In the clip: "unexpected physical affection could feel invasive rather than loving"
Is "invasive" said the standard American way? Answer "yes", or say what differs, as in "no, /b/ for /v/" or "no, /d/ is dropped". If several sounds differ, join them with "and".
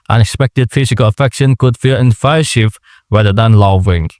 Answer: no, /f/ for /v/ and /ʃ/ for /s/